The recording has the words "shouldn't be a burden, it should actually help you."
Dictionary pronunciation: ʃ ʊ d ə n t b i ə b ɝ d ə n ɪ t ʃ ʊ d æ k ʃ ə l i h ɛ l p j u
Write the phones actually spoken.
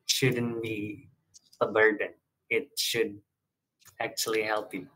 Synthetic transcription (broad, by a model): ʃ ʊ d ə n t b i ə b ɝ d ə n ɪ t ʃ ʊ d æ k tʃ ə l i h ɛ l p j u